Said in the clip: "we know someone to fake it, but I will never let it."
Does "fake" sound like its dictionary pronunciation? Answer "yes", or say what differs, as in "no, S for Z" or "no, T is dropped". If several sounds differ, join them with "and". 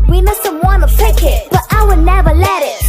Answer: no, P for F